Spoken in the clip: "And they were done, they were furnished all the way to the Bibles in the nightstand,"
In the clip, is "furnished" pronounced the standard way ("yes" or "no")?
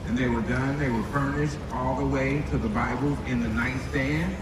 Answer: yes